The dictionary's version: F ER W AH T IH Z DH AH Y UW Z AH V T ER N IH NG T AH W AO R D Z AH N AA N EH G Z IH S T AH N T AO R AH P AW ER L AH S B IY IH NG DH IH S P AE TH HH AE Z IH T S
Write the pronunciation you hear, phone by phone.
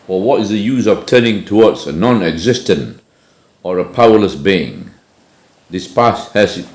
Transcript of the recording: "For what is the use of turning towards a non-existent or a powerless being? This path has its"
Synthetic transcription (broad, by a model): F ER W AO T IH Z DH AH Y UW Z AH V T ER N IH NG T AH W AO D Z AH N AA N EH G Z IH S T AH N T AO R AH P AW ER L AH S B IY IH NG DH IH S P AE S HH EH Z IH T